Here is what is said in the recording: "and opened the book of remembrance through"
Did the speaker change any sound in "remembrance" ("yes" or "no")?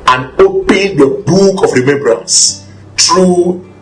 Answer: no